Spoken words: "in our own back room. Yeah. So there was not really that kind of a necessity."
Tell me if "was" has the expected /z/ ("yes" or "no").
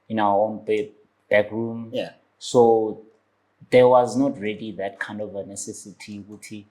yes